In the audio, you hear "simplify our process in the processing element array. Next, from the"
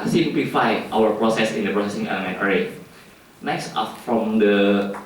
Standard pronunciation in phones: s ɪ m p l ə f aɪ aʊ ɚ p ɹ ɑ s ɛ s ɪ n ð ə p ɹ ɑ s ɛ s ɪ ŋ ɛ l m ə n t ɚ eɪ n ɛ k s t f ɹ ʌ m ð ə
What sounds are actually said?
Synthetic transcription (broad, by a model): s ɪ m p l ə f aɪ aʊ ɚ p ɹ ɑ s ɛ s ɪ n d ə p ɹ ɑ s ɛ s ɪ ŋ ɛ m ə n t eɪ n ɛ k s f f ɹ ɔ m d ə